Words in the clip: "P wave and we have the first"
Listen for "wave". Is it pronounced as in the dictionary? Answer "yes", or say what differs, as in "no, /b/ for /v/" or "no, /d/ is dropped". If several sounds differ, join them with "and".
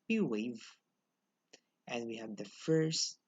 yes